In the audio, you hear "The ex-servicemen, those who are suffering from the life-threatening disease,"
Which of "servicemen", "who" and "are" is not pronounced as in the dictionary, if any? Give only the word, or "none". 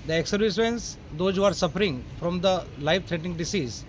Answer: servicemen